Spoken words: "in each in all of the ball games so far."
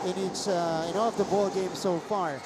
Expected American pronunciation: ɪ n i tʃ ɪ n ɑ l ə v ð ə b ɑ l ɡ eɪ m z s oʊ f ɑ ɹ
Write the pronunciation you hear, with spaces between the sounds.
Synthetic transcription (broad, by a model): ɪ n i s ɪ n ɑ l ə v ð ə b ɑ l ɡ eɪ m s oʊ f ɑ ɹ